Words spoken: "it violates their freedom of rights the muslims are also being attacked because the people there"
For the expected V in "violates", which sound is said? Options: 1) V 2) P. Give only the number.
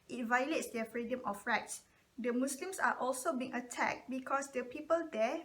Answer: 1